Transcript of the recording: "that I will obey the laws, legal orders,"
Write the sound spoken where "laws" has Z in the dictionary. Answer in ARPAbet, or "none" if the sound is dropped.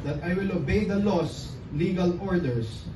S